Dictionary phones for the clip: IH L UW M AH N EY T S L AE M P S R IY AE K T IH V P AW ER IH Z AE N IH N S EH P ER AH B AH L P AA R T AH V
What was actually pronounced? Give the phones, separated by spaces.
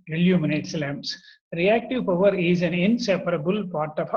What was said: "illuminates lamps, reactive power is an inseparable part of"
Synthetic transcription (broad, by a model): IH L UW M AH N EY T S L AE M S R IY AE K T IH V P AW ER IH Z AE N IH N S EH P ER AH B AH L P AA R T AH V